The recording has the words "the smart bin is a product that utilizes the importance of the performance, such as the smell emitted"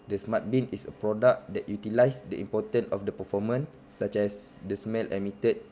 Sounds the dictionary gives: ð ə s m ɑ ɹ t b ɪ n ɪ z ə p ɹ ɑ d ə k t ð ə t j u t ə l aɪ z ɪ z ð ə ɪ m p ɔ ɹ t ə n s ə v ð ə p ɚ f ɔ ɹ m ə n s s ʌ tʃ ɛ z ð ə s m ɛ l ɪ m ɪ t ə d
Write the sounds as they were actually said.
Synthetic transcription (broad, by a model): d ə s m ɑ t b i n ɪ s ə p ɹ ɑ d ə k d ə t j u t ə l aɪ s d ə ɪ m p ɔ t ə n ə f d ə p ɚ f ɔ m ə n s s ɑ tʃ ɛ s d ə s m ɛ l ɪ m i t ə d